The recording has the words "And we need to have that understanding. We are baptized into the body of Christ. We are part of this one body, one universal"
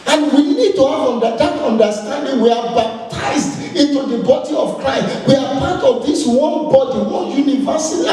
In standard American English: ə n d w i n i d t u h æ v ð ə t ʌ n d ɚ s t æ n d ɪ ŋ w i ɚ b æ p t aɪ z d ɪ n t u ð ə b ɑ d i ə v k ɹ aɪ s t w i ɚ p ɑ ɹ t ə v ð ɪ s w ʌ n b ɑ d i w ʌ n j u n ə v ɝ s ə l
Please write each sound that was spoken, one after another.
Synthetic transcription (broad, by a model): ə n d w i n i d t u h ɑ v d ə t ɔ n d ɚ s t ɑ n d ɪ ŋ w i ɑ b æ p t aɪ s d ɪ n t u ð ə b ɑ d i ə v k ɹ aɪ s t w i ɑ p ɑ t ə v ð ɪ s w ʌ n b ɑ d i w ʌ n j u n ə v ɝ s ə